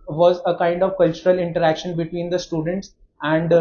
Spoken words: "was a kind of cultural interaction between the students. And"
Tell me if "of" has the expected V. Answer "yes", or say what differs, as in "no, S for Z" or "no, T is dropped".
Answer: yes